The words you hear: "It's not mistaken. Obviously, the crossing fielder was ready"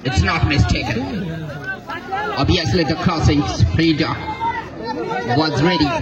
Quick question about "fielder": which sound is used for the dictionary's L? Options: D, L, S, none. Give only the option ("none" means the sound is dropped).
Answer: none